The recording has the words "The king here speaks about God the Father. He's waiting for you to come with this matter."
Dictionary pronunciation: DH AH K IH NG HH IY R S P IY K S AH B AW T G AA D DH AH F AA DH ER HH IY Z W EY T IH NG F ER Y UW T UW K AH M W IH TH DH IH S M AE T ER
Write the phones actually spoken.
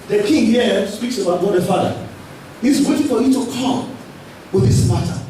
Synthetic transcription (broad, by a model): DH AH K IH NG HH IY S P IY K S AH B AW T G AA D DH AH F AA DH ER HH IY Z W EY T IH F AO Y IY T UW K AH M W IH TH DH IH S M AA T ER